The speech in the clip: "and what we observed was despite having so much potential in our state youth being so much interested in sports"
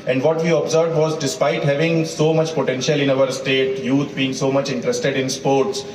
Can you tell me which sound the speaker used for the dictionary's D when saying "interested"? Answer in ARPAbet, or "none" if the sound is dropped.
D